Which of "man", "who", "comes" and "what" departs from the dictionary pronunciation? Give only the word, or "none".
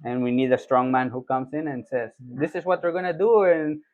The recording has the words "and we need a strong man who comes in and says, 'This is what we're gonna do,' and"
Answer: comes